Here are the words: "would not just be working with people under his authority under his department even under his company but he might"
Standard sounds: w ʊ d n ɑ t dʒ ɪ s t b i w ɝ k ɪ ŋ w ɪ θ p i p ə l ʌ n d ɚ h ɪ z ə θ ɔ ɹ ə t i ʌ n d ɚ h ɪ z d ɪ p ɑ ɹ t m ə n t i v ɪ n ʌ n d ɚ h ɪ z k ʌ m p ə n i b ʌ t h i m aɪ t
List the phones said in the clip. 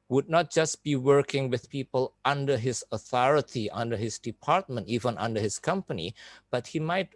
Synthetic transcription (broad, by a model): w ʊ d n ɑ t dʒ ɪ s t b i w ɝ k ɪ ŋ w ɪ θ p i p ə l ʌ n d ɚ h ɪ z ə θ ɔ ɹ ə t i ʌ n d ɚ h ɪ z d ɪ p ɑ ɹ t m ə n t i v ɪ n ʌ n d ɚ h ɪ s k ʌ m p ə n i b ʌ t h i m aɪ t